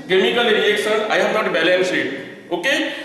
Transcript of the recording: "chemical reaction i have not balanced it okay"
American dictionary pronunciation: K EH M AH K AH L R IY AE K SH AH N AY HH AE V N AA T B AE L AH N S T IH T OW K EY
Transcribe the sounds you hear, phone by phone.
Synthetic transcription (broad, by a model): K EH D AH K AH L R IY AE K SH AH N AY HH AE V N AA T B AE L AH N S IH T OW K EY